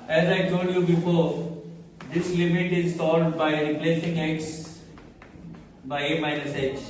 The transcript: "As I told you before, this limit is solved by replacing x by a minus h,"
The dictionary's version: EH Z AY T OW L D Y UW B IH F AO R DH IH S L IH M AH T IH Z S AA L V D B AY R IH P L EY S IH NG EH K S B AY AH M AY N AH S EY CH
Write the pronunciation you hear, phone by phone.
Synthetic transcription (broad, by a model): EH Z AY T OW L D Y UW B IH F AO R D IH S L IH M AH T IH Z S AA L D B AY R IH P L EY S IH NG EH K S B AY AH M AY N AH S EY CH